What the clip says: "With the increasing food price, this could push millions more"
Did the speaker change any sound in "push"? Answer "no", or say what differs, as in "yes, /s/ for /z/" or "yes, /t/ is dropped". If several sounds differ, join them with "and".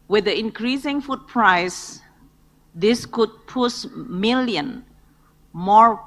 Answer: yes, /s/ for /ʃ/